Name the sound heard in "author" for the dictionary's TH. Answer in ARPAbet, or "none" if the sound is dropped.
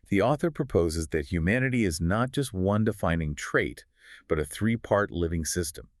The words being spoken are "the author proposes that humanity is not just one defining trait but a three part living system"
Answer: TH